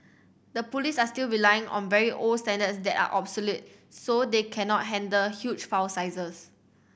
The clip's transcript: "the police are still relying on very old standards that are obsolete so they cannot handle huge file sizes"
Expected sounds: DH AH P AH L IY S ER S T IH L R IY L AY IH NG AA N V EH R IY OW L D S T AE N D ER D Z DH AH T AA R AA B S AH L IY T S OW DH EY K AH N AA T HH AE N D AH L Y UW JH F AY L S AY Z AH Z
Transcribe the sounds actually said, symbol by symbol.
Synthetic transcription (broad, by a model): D AH P AH L IY S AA S T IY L R IY L AY IH NG AA N V EH R IY OW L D S T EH N D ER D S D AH T AA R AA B S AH L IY T S OW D EY K AH N AA T HH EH N D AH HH Y UW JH F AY W S AY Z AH S